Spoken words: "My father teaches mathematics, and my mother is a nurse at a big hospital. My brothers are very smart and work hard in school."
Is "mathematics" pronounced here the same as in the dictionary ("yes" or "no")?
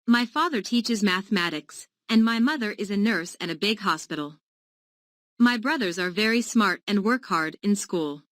yes